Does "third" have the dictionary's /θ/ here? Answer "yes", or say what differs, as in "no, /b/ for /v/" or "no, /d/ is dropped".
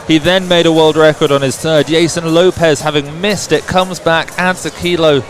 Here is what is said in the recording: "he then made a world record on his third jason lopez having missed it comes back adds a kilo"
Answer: yes